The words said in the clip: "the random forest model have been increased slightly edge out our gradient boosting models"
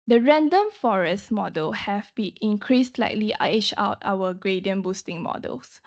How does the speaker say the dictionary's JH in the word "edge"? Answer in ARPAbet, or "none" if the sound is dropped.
CH